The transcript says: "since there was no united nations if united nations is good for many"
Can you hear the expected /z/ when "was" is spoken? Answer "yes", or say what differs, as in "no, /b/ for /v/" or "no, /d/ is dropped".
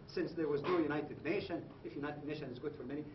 yes